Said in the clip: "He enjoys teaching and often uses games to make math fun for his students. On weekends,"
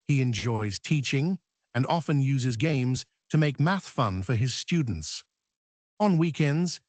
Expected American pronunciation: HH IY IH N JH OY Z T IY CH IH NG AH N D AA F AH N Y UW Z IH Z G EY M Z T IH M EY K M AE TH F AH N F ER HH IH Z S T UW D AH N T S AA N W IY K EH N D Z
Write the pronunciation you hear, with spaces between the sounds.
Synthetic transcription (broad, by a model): HH IY IH N JH OY Z T IY CH IH NG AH N AA F AH N Y UW Z IH Z G EY M Z T IH M EY K M AE TH F AH N F ER IH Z S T UW D N T S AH N W IY K EH N D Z